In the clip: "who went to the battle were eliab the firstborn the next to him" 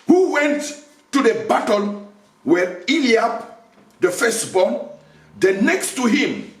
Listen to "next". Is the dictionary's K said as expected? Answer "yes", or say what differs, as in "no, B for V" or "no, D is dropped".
yes